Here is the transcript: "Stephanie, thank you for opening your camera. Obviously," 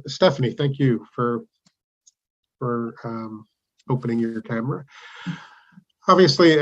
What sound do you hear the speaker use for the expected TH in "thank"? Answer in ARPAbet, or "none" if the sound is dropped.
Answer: TH